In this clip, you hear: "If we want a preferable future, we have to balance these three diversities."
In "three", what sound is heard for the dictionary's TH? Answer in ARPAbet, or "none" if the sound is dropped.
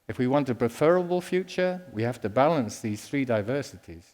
TH